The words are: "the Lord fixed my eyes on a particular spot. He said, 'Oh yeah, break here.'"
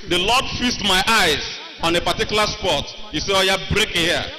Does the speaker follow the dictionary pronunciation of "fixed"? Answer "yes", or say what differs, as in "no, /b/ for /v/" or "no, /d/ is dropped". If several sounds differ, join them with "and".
no, /k/ is dropped